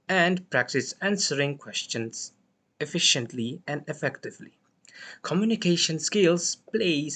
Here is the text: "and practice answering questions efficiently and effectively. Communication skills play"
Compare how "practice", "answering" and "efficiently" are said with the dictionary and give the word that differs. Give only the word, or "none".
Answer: none